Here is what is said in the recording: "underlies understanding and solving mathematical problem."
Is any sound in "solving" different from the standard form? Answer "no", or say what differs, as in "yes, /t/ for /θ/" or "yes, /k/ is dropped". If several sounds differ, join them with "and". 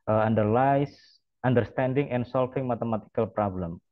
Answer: yes, /f/ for /v/